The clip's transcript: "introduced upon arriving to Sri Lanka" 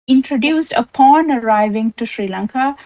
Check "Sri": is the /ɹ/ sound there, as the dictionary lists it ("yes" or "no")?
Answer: yes